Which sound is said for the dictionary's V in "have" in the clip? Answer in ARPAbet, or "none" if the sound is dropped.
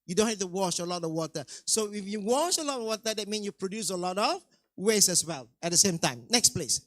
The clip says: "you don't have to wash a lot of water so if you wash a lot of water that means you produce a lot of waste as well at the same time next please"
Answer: F